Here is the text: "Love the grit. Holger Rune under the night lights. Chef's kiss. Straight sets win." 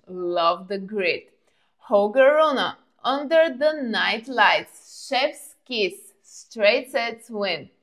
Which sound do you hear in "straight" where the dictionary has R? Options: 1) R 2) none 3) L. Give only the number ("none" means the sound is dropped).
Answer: 1